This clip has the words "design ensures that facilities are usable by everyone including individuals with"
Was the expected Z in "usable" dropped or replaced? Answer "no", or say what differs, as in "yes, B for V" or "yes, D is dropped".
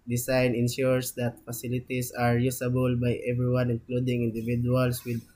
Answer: yes, S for Z